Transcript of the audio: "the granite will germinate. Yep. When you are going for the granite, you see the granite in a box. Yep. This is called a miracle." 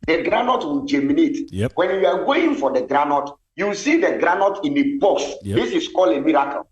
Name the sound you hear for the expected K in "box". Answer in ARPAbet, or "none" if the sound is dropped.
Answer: none